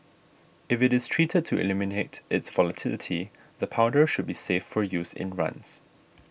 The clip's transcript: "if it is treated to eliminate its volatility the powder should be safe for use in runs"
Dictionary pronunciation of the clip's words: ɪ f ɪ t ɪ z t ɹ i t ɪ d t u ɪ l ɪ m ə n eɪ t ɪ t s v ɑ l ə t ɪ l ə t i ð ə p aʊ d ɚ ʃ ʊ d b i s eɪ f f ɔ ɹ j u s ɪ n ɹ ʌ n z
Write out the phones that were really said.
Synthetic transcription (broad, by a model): ɪ f ɪ t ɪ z t ɹ i t ɪ d t u ɪ l ɪ m ə n eɪ t ɪ t s v ɑ l ə t ɪ l ə t i ð ə p aʊ d ɚ ʃ ʊ d b i s eɪ f f ɔ ɹ j u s ɪ n ɹ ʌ n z